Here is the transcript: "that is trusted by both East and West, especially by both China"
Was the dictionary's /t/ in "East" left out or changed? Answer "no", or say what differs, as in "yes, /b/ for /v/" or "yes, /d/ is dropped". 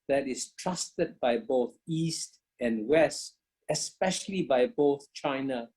no